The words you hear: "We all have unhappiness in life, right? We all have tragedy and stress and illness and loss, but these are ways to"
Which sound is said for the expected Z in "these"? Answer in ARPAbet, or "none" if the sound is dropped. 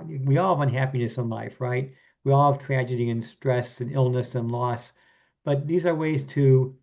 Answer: Z